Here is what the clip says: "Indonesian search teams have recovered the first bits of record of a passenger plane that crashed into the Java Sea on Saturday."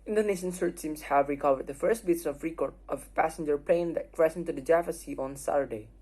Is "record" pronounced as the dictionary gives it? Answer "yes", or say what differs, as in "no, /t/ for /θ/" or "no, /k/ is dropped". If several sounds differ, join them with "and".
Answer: no, /d/ is dropped